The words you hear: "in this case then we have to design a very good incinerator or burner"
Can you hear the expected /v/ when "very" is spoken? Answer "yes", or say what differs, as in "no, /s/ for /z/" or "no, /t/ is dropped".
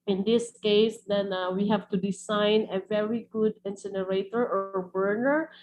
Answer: yes